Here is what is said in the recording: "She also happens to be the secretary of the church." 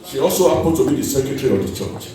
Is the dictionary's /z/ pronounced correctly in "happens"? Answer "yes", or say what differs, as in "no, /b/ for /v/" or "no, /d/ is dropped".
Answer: no, /z/ is dropped